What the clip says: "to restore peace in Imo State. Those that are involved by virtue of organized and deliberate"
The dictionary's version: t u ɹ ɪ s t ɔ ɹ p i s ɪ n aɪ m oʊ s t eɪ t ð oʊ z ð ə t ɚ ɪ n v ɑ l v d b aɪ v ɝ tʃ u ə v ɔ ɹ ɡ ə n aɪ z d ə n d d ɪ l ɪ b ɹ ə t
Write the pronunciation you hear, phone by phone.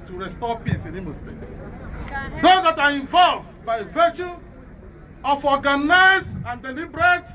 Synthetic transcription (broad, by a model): t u ɹ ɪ s t ɔ p i s ɪ n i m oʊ s t eɪ t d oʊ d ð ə t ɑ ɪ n v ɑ l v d b aɪ v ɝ tʃ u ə f ɔ ɡ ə n aɪ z ə n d d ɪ l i b ɹ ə t